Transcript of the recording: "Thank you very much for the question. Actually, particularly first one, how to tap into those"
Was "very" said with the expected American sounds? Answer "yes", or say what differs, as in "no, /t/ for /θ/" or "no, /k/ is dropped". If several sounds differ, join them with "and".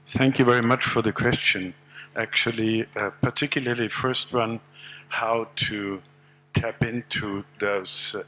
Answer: yes